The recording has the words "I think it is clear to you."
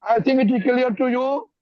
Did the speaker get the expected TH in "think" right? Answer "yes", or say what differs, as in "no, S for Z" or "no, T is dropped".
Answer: no, T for TH